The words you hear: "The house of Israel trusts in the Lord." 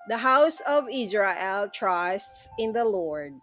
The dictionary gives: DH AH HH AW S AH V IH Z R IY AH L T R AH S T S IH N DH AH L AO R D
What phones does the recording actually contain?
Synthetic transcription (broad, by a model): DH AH HH AW S AH V IH Z R IY AH L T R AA S T S IH N DH AH L AO R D